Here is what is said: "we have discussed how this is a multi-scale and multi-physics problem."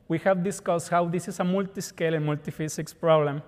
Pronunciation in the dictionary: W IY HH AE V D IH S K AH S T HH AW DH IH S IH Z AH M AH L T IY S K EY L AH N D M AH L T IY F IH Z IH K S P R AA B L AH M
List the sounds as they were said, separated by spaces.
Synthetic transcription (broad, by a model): W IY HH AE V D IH S K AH S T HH AW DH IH S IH S AH M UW L T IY S K EY L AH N M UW L T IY F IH S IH K S P R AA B L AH M